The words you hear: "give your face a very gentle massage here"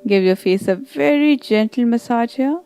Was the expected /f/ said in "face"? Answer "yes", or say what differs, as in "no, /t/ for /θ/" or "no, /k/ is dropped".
yes